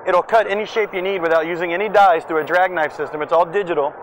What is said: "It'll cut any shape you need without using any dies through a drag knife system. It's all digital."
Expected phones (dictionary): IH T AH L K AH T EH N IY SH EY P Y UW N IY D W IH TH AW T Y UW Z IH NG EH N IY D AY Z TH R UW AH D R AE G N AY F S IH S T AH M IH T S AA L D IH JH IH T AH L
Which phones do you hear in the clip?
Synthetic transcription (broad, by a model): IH T L K AH T EH N IY SH EY P Y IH N IY D W IH TH AW T Y UW Z IH NG EH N IY D AY Z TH UW AH D R AE G N AY F S IH S T AH M IH T S AA L D IH JH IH T L